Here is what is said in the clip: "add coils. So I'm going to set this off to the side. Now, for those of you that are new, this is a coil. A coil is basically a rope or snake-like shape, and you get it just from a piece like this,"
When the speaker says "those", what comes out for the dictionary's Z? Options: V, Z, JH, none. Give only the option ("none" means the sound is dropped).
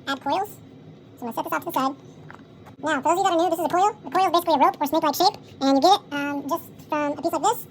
none